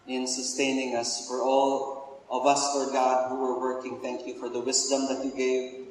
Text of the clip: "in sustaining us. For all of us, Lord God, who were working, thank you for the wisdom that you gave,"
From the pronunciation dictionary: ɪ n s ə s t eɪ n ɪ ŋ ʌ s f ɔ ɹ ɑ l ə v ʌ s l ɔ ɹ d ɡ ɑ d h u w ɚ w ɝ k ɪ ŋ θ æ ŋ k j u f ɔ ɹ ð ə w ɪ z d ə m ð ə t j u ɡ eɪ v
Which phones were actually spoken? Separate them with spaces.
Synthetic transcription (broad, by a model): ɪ n s ə s t eɪ n ɪ ŋ ʌ s f ɔ ɹ ɑ l ə v ʌ s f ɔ ɹ ɡ ɑ d h u w ɚ w ɝ k ɪ ŋ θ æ ŋ k j u f ɔ ɹ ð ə w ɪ s d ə m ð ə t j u ɡ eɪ v